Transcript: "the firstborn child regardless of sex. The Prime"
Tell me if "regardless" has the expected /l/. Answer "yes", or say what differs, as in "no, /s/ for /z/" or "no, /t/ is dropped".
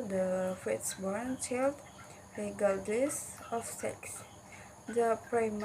no, /l/ is dropped